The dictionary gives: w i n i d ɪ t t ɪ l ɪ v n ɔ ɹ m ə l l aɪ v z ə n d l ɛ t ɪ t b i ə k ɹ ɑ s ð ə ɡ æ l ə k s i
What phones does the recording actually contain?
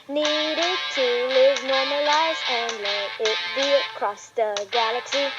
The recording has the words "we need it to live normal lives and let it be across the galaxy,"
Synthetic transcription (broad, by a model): n i d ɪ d t ɪ l ɪ v n ɔ ɹ m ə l l aɪ z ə n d l ɛ t ɪ t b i ə k ɹ ɑ s ð ə ɡ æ l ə k s i